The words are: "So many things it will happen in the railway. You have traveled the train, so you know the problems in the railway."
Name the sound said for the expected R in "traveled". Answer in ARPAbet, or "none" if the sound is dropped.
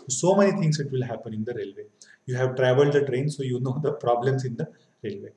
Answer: R